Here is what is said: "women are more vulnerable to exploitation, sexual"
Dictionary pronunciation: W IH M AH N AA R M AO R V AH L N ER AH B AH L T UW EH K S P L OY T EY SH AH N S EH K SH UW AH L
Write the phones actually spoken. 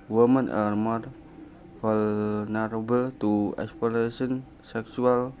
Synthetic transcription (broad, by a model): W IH M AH N AA R M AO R F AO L N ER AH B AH L T UW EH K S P OY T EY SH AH N S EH K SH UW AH L